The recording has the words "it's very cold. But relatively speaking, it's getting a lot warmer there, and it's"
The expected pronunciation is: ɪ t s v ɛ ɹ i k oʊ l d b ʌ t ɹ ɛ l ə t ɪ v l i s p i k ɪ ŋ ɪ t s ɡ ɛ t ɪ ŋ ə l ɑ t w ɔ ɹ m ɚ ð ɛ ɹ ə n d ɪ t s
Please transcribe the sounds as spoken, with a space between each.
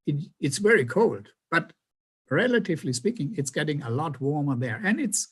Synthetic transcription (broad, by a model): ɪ t s v ɛ ɹ i k oʊ l d b ʌ t ɹ ɛ l ə t ɪ v l i s p i k ɪ ŋ ɪ t s ɡ ɛ t ɪ ŋ ə l ɑ t w ɔ ɹ m ɚ ð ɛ ɹ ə n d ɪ t s